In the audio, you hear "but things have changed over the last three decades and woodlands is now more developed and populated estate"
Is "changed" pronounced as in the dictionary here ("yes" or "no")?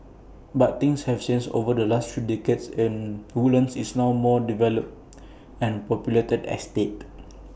no